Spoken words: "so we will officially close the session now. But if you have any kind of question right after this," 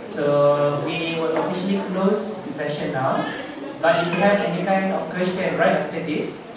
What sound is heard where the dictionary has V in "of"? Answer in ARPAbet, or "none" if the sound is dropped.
F